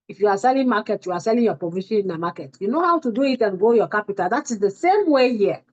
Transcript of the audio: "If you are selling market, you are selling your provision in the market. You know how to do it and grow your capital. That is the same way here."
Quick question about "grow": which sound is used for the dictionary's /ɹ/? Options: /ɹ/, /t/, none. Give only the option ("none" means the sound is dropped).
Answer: none